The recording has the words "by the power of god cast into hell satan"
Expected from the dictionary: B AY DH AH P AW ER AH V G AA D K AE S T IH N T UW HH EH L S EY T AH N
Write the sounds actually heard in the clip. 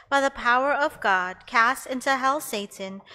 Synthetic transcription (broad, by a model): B AY DH AH P AW ER AH V G AA D K AE S T IH N T UW HH EH L S EY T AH N